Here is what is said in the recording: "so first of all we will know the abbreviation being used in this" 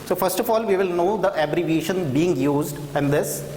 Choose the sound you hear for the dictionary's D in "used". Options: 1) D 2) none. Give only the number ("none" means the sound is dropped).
1